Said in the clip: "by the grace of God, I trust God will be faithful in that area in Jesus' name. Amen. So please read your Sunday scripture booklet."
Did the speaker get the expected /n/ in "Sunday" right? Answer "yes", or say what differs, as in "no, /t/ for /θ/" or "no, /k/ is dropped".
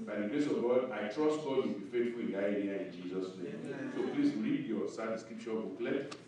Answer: no, /n/ is dropped